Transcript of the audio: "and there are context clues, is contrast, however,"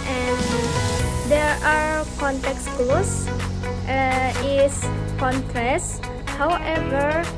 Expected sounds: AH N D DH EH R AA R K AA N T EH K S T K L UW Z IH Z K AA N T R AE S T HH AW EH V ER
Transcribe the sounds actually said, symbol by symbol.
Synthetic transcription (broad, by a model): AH N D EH R AA R K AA N T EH K S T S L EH IH S K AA N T R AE S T HH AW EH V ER